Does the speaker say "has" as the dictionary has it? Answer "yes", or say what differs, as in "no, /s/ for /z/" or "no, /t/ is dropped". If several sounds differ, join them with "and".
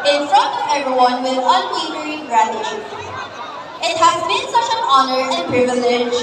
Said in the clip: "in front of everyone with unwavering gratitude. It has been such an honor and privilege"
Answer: yes